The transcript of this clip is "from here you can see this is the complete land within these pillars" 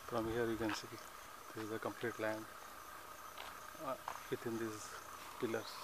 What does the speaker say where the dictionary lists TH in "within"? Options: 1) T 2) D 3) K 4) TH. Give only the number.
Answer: 1